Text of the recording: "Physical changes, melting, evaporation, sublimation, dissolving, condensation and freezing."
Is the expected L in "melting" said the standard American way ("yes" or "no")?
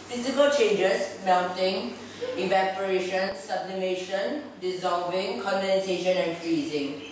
no